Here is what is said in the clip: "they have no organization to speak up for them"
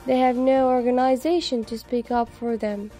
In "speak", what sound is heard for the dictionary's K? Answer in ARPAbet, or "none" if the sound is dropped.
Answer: K